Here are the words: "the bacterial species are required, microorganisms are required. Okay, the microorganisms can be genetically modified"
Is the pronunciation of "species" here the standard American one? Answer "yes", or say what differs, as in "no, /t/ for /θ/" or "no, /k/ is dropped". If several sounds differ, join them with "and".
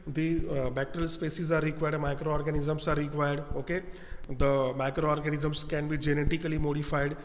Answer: no, /s/ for /ʃ/